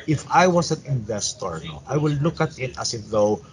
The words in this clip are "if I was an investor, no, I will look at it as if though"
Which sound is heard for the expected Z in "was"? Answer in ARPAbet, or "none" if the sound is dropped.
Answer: S